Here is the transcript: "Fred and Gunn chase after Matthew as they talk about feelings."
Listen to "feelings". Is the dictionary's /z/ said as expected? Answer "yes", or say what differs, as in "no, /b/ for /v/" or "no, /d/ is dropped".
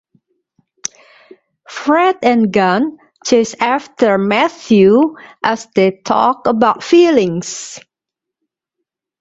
no, /s/ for /z/